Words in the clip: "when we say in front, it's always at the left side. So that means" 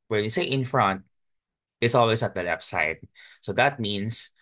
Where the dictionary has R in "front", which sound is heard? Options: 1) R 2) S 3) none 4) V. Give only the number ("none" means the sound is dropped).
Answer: 1